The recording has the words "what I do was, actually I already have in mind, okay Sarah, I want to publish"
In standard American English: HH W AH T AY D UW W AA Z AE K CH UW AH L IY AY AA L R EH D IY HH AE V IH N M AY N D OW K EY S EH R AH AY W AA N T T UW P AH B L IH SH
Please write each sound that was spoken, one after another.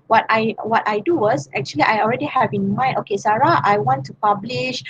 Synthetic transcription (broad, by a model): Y W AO T AY D UW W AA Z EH K CH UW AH L IY AY AA L R EH D IY HH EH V IH N M AY N OW K EY S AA R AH AY W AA N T T UW P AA B L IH SH